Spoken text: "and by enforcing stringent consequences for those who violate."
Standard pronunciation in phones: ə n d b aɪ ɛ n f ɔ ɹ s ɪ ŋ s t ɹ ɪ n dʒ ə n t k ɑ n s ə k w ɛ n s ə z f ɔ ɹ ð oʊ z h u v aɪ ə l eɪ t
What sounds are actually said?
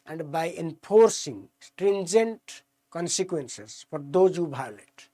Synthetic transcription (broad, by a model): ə n d b aɪ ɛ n p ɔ ɹ s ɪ ŋ s t ɹ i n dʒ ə n t k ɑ n s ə k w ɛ n s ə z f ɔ ɹ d oʊ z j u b aɪ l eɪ t